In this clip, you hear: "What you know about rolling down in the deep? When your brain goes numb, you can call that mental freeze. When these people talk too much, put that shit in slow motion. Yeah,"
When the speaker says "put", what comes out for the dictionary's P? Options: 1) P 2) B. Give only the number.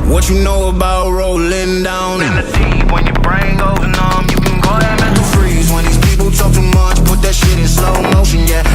1